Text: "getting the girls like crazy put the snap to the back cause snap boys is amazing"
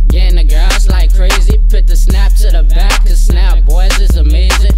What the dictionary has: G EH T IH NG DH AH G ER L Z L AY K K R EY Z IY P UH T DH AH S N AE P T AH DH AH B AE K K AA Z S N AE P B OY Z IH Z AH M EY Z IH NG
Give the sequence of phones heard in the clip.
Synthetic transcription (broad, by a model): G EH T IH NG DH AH G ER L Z L AY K K R EY Z IY P UH T DH AH S N AE P S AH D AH B AE K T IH S N AE P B OY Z IH Z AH M EY Z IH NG